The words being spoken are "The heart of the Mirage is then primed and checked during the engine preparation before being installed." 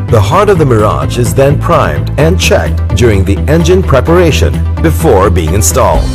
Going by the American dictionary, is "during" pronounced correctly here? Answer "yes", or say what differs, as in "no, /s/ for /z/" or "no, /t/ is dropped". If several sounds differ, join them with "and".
yes